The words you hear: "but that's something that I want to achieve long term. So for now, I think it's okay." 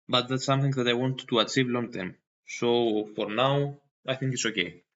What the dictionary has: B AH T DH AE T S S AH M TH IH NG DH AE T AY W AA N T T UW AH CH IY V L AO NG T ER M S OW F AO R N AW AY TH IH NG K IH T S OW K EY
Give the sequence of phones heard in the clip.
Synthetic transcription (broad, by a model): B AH T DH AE T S S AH M TH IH NG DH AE T AY W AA N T T UW AH CH IY V L AO NG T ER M S OW F AO R N AW AY TH IH NG K IH T S OW K EY